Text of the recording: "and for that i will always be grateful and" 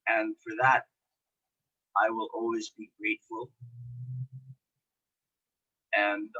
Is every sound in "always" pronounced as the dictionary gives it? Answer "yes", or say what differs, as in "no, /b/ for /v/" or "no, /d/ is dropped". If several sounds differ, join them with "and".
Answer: yes